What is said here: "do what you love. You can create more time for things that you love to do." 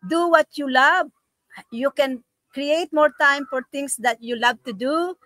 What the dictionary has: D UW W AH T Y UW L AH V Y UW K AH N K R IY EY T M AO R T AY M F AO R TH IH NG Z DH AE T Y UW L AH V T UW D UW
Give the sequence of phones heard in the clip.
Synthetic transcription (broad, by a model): D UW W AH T Y UW L AH V Y UW K AH N K R IY EY T M AO R T AY M F AO R T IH NG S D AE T Y UW L AH V T UW D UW